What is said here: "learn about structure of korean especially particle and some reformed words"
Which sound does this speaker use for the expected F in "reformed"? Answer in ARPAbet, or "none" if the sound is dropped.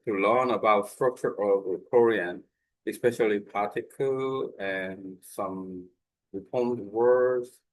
P